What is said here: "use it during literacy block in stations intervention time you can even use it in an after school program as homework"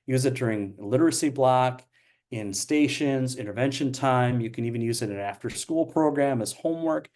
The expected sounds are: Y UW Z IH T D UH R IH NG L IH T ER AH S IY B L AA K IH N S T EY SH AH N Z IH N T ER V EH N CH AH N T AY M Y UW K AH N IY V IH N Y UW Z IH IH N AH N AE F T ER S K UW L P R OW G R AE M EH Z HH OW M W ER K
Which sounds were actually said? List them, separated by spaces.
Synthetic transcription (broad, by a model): Y UW Z IH T D UH R IH NG L IH T ER AH S IY B L AA K IH N S T EY SH AH N Z IH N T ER V EH N SH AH N T AY M Y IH K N IY V IH N Y UW Z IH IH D AH N AE F T ER S K UW L P R OW G R AE M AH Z HH OW M W ER K